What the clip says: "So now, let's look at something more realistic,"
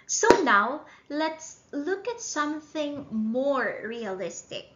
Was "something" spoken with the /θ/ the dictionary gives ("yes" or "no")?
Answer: yes